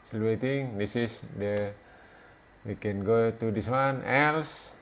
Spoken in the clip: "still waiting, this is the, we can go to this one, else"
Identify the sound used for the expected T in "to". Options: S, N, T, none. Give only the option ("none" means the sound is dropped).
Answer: T